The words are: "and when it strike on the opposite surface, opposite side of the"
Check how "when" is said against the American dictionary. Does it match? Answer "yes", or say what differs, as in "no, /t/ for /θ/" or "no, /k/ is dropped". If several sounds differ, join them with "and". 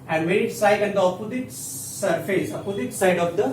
no, /n/ is dropped